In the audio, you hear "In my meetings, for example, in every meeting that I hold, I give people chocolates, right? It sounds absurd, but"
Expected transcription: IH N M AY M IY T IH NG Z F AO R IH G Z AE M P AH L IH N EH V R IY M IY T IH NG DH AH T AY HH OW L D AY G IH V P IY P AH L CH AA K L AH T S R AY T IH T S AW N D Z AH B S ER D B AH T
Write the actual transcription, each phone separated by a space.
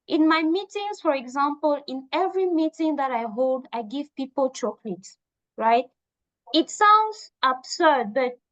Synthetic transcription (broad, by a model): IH N M AY M IY T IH NG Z F AO R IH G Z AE M P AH L IH N EH V R IY M IY T IH NG DH AH T AY HH OW L D AY G IH V P IY P AH L CH AA K L AH T S R AY T IH T S AW N D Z AH B S ER D B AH T